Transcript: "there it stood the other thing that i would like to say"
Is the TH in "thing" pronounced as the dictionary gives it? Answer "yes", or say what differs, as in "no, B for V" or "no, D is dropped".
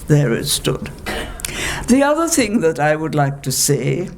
yes